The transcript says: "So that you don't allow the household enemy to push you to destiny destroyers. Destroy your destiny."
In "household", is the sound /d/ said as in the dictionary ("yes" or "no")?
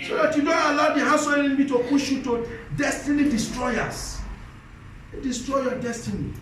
no